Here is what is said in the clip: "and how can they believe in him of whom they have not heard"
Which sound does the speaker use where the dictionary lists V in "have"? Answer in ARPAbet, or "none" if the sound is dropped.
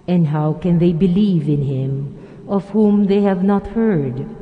V